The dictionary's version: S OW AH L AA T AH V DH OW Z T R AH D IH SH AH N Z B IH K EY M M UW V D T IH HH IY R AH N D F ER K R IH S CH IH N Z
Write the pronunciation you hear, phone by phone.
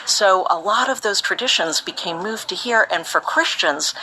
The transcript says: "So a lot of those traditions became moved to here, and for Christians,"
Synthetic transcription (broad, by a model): S OW AH L AA T AH V DH OW Z T R AH D IH SH AH N Z B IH K EY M M UW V T IH HH IY R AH N F ER K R IH S CH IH N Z